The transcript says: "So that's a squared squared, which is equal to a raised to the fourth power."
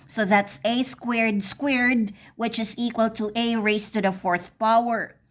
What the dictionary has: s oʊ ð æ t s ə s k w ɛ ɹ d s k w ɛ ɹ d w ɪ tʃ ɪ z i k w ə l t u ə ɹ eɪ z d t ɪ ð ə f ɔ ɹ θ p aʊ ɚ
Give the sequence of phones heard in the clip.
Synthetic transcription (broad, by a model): s oʊ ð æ t s ə s k w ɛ ɹ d s k w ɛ ɹ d w ɪ tʃ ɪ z i k w ə l t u ə ɹ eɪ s t ɪ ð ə f ɔ ɹ θ p aʊ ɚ